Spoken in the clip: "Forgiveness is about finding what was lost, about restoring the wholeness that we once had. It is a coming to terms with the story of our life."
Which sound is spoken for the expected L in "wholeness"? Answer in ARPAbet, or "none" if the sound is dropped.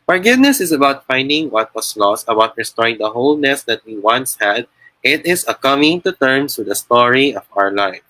L